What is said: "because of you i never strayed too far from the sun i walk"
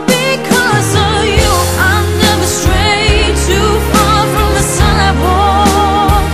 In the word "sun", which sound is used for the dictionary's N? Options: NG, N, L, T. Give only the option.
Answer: L